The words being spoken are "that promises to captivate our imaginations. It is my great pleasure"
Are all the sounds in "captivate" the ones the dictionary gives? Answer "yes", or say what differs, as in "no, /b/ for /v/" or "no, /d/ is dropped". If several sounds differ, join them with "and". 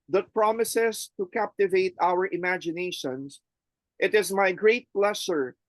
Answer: yes